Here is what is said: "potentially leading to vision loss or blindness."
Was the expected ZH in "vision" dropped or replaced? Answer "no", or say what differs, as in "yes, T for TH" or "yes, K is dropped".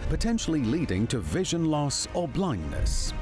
no